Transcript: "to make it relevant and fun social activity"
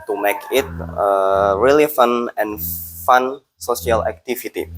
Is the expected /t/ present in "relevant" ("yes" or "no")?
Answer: no